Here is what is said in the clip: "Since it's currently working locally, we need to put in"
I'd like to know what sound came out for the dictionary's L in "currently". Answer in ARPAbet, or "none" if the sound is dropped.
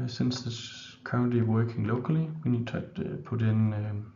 none